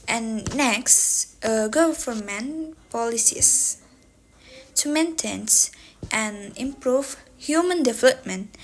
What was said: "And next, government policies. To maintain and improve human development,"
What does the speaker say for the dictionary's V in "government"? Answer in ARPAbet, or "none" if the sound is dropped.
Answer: F